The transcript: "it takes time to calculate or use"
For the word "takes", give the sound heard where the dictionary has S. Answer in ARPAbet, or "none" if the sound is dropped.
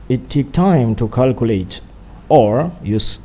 none